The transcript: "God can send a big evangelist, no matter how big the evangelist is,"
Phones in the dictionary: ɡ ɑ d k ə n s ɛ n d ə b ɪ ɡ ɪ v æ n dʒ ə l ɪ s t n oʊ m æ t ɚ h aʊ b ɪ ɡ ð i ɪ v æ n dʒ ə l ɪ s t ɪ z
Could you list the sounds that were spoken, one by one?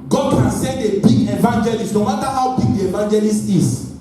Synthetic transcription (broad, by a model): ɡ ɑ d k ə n s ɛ d ə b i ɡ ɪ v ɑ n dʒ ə l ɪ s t n oʊ m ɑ t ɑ h aʊ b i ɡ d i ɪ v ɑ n dʒ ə l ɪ s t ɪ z